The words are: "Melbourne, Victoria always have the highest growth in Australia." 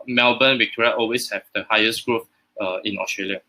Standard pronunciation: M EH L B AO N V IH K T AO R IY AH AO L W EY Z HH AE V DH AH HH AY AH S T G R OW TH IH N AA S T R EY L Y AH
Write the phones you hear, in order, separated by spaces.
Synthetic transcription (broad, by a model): M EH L B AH N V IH K T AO R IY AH AO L W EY S HH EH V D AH HH AY AH S T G R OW F IH N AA S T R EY L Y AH